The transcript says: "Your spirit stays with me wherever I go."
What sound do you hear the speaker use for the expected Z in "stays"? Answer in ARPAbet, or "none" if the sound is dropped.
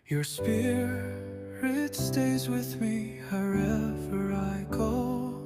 Z